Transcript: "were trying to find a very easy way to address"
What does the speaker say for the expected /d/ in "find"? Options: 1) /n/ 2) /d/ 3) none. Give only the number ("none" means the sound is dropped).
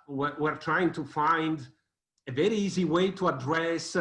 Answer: 2